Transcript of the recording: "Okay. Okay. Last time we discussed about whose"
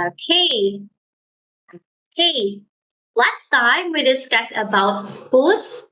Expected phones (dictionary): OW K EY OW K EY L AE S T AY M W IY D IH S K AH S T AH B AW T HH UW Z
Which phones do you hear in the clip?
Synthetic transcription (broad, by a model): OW K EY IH K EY L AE S T AY M W IY D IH S K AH S AH B AW T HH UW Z